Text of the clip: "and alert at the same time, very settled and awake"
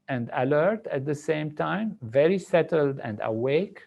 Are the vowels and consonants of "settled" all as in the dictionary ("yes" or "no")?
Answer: yes